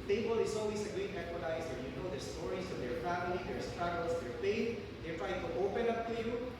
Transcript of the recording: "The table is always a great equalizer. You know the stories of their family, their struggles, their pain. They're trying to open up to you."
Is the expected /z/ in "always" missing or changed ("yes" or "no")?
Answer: yes